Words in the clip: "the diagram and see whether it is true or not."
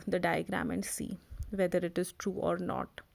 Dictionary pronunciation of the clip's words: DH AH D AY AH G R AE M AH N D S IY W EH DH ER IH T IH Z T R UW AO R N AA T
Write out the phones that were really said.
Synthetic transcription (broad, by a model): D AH D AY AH G R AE M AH N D S IY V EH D ER IH T IH Z T R UW AO R N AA T